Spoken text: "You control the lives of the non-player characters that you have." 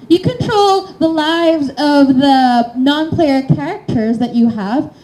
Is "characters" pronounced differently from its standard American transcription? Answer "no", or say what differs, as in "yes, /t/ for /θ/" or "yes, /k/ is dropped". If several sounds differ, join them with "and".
no